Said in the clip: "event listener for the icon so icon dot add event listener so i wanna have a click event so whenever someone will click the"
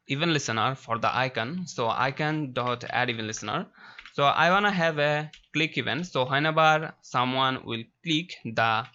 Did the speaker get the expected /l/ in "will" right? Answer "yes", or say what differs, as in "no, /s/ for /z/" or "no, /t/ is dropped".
yes